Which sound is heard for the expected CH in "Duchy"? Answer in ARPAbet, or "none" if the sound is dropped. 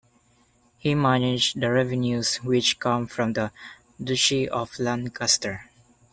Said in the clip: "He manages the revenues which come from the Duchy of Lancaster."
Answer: SH